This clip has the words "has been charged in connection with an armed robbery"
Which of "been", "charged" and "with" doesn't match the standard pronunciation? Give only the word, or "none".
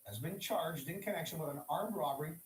none